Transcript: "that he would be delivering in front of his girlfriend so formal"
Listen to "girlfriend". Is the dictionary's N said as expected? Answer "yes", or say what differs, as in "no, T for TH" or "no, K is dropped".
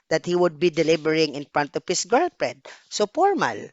no, N is dropped